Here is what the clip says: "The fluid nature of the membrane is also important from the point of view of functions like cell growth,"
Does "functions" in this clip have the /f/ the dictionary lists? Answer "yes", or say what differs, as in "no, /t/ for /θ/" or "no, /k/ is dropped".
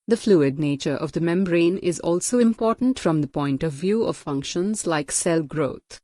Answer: yes